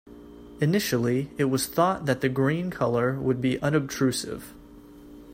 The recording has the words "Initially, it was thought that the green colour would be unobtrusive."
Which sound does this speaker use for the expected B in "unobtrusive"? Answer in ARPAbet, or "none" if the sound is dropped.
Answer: B